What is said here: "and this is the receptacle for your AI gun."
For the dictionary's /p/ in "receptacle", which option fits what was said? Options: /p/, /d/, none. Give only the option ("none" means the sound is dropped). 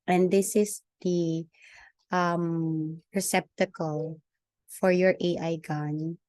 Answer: /p/